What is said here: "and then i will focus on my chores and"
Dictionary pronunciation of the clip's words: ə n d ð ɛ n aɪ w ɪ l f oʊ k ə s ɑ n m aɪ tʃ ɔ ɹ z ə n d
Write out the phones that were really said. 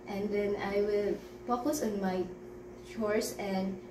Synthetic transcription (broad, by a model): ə n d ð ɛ n aɪ w ɪ l p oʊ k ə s ɑ n m aɪ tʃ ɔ ɹ s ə n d